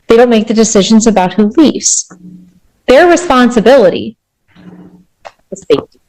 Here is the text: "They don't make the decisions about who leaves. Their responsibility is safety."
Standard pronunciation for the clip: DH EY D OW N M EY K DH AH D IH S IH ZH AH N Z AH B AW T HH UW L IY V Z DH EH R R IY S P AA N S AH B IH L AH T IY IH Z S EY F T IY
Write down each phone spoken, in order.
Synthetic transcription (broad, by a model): DH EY D OW N M EY K DH AH D IH S IH ZH AH N Z AH B AW T HH UW L IY V Z DH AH R R IY S P AA N S AH B IH L AH T IY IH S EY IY